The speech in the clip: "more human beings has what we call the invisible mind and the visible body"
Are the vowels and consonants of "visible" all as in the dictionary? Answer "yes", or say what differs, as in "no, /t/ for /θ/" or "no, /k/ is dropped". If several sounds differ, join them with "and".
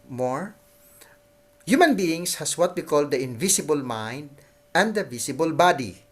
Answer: no, /s/ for /z/